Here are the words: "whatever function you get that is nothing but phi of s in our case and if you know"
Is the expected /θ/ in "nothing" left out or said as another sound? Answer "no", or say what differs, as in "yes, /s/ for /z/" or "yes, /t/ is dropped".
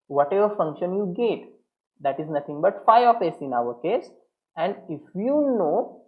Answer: yes, /t/ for /θ/